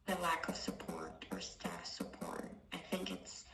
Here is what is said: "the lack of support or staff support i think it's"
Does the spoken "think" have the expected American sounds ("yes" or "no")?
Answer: yes